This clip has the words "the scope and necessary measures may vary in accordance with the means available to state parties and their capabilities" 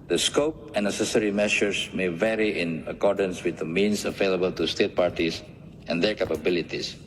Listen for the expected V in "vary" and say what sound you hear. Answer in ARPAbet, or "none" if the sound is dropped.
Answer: V